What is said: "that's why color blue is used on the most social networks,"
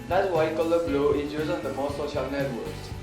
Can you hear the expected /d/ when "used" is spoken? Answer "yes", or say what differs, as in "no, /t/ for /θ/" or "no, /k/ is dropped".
no, /d/ is dropped